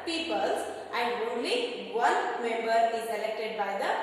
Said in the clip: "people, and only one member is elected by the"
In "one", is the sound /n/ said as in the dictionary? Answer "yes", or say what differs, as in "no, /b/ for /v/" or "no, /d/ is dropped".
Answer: no, /l/ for /n/